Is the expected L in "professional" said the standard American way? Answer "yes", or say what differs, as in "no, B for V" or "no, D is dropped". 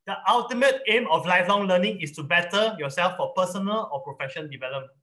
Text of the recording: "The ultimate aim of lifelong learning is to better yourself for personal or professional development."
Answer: no, N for L